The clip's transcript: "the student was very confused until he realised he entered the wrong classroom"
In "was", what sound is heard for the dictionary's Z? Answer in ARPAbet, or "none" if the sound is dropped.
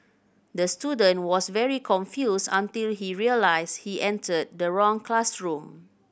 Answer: S